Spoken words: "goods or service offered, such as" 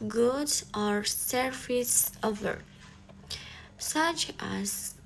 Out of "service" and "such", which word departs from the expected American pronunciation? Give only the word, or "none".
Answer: service